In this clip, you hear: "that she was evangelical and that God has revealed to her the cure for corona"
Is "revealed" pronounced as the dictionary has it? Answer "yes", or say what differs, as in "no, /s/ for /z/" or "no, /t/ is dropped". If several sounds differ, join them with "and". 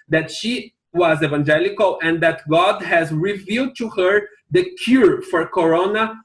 yes